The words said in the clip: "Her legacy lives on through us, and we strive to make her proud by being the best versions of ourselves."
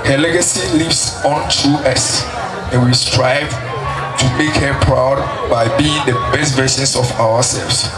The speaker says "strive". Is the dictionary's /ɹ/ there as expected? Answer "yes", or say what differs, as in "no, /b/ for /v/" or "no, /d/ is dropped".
yes